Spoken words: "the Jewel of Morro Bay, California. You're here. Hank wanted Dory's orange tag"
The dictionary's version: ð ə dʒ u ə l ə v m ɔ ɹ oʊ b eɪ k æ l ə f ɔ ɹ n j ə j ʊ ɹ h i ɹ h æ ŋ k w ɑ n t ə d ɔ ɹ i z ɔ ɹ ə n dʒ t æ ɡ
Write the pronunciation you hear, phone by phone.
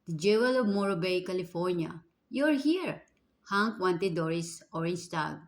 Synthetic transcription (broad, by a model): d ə dʒ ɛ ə l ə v m ɔ ɹ oʊ b eɪ k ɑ l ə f ɔ ɹ n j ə j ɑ ɹ h i ɹ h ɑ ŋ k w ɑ n t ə d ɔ ɹ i s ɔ ɹ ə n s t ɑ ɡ